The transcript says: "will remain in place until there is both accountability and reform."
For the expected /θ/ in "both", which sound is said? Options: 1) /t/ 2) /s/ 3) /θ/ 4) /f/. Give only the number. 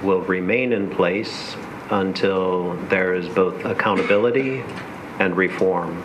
3